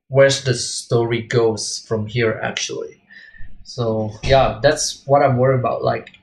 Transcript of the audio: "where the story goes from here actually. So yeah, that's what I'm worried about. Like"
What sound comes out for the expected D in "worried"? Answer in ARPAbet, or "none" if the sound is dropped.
none